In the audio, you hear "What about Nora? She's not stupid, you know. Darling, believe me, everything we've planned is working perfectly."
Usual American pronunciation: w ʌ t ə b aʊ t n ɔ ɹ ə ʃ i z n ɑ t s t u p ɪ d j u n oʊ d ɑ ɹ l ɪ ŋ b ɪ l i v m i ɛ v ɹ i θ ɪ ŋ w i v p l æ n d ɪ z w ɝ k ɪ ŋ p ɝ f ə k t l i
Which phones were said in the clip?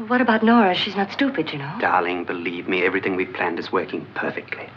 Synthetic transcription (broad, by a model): w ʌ t ə b aʊ t n ɔ ɹ ə ʃ i z n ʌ t s t u p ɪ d j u n oʊ d ɑ ɹ l ɪ ŋ b ɪ l i v m i ɛ v ɹ i θ ɪ ŋ w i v p l æ n d ɪ z w ɝ k ɪ ŋ p ɝ f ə k t l i